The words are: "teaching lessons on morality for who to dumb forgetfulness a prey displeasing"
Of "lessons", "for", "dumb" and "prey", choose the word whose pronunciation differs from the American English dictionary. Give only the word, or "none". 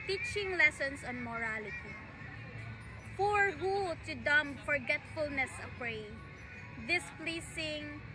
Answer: lessons